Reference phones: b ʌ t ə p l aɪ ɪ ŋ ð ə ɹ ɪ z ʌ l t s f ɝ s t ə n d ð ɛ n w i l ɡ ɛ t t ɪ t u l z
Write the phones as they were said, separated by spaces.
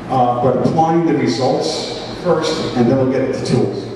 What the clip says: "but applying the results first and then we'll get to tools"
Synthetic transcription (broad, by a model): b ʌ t ə p l aɪ ɪ ŋ ð ə ɹ ɪ z ʌ l t s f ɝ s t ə n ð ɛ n w i l ɡ ɛ t t ɪ t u l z